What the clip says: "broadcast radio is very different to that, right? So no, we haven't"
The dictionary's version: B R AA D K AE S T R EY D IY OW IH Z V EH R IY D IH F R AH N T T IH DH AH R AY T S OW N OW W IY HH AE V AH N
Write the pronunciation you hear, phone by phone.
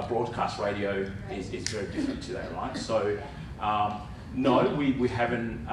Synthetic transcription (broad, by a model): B R AA D K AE S T R EY D IY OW IH Z V EH R IY D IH F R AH N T T IH DH AH L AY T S OW N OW W IY HH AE V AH N